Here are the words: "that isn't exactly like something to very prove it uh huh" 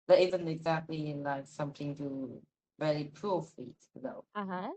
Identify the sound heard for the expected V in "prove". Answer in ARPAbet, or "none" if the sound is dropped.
F